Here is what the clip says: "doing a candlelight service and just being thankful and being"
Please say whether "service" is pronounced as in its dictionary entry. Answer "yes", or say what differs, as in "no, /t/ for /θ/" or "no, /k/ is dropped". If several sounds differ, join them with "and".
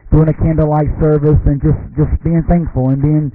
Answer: yes